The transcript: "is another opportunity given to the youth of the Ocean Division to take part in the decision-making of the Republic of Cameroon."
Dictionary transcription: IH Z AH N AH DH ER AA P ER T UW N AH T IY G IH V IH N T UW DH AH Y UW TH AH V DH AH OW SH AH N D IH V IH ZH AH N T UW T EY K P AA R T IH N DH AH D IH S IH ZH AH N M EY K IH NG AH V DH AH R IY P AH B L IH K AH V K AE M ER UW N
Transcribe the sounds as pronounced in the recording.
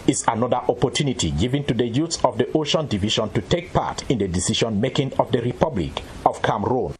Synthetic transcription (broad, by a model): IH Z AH N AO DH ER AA P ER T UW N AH T IY G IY V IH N T UW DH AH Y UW S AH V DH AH OW SH AH N D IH V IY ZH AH N T UW T EY K P AA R T IH N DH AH D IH S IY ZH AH N M EY K IH NG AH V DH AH R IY P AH B L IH K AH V K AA M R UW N